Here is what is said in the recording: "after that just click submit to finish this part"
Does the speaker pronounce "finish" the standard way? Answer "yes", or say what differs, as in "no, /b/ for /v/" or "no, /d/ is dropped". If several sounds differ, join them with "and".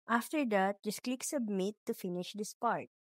yes